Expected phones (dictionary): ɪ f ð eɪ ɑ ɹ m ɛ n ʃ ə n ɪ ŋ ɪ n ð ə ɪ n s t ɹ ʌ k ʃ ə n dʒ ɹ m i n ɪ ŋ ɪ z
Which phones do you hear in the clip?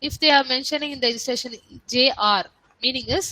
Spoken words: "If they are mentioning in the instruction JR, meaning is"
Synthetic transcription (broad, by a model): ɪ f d eɪ ɑ ɹ m ɛ n ʃ ə n ɪ ŋ ɪ n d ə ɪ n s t ɛ ʃ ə n dʒ ɹ m i n ɪ ŋ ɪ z